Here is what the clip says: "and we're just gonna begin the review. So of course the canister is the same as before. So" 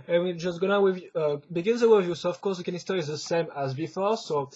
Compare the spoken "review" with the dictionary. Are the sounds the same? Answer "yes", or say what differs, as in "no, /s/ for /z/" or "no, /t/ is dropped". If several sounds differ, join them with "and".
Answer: no, /w/ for /ɹ/